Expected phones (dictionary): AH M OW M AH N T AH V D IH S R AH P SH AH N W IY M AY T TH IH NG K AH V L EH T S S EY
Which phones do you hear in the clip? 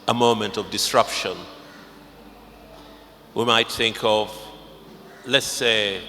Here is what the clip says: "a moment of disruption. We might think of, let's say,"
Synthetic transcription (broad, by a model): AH M OW M AH N T AH V D IH S R AH P SH AH N W IY M AY T TH IH NG K AH V L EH T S S EY